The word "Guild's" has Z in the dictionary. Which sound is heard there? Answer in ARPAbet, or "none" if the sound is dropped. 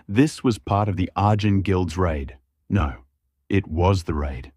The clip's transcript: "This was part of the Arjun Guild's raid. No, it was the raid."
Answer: Z